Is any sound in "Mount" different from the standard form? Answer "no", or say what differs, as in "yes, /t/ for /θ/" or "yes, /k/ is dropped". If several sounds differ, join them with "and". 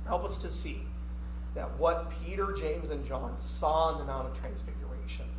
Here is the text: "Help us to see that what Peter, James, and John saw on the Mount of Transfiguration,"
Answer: yes, /n/ is dropped